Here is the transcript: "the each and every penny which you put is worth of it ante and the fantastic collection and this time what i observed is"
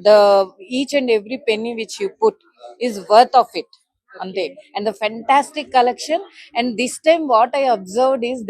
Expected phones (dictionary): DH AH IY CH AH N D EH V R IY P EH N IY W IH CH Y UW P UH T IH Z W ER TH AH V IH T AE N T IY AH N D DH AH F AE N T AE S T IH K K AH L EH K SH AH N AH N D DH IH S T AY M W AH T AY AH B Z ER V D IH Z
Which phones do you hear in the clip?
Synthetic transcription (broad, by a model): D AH IY CH AH N D EH V R IY P EH N IY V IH CH Y UW P UH T IH Z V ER T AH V IH T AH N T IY AH N D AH F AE N T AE S T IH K K AH L EH K SH AH N AH N D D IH S T AY M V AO T AY AH B Z ER V D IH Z